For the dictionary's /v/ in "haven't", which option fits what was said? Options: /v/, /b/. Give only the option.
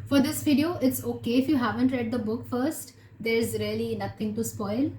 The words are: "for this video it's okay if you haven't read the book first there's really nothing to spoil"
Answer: /v/